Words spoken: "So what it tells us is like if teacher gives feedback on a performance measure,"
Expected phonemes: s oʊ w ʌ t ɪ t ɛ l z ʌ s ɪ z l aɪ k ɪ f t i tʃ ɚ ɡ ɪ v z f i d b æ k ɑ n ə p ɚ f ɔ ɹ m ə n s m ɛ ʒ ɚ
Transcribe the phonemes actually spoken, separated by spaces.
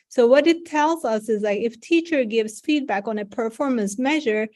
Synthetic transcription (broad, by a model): s oʊ w ʌ t ɪ t ɛ l z ʌ s ɪ z l aɪ k ɪ f t i tʃ ɚ ɡ ɪ v z f i d b æ k ɑ n ə p ɚ f ɔ ɹ m ə n s m ɛ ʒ ɚ